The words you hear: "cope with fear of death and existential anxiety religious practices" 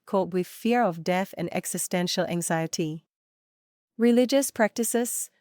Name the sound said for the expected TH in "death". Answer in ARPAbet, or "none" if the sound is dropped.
TH